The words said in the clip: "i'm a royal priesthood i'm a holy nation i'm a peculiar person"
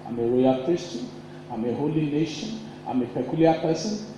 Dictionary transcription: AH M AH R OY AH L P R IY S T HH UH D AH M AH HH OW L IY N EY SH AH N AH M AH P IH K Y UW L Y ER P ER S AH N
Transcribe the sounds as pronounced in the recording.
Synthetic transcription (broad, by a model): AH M AH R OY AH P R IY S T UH AH M AH HH OW L IY N EY SH AH N AH M AH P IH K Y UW L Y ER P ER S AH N